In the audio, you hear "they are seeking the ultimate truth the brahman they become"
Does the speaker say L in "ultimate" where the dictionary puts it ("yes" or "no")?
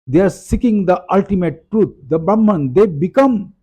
yes